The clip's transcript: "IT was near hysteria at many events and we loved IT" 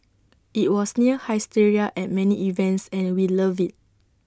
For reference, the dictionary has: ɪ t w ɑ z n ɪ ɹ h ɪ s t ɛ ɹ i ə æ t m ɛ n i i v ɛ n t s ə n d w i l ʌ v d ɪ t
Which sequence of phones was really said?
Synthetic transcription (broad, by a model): ɪ t w ɑ s n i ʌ h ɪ s t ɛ ɹ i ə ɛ t m ɛ n i i v ɛ n t s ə n w i l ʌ v ɪ t